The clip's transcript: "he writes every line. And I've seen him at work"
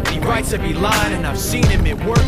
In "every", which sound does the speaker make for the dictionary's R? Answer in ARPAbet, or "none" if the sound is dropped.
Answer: none